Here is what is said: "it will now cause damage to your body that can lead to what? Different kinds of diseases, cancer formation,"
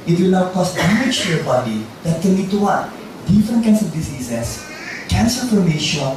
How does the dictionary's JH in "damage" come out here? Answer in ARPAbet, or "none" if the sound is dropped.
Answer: CH